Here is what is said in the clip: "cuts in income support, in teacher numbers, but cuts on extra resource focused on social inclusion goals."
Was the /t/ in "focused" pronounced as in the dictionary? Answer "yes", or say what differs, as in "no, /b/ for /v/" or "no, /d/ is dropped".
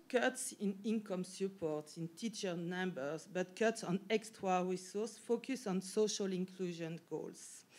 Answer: no, /t/ is dropped